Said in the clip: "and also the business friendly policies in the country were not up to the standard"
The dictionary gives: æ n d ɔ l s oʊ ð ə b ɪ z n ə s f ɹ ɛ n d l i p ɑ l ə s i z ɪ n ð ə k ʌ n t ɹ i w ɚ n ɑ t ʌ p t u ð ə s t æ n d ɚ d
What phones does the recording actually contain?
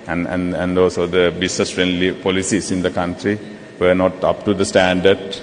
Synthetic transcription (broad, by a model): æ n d ɔ s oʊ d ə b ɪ s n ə s f ɹ ɛ n d l i p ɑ l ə s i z ɪ n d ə k ʌ n t ɹ i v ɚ n ɑ t ʌ p t u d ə s t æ n d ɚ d